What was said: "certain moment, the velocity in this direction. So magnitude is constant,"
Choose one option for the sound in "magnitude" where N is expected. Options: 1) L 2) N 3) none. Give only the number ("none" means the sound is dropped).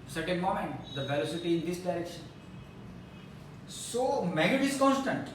3